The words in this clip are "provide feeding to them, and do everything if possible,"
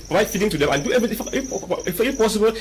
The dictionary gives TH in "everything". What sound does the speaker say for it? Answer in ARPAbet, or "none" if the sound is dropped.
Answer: F